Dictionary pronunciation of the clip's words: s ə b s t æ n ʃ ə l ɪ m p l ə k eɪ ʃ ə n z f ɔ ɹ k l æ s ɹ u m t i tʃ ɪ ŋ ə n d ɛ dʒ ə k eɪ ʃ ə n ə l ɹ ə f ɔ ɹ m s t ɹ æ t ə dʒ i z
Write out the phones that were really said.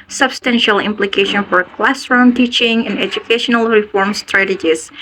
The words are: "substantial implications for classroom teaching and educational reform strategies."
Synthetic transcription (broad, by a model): s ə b s t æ n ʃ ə l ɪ m p l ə k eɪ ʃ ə n f ɔ ɹ k l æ s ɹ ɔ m t i tʃ ɪ ŋ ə n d ɛ dʒ ə k eɪ ʃ ə n ə l ɹ ə f ɔ ɹ m s t ɹ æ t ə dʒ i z